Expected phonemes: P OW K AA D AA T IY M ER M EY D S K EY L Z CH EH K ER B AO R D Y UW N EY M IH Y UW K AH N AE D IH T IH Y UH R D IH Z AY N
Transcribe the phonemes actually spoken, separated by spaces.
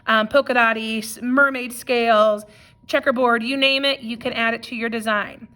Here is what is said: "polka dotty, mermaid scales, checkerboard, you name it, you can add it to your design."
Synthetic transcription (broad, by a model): P OW K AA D AA T IY M ER M EY D S K EY L Z CH EH K ER B AO R D Y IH N EY M IH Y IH K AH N AE D IH T IH Y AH R D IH Z AY N